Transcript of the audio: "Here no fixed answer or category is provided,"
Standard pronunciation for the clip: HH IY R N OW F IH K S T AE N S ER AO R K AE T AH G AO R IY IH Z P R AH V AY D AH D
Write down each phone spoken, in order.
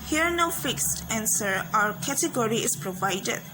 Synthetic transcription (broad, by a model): HH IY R N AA F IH K S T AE N S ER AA W K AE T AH G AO R IY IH S P R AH V AY D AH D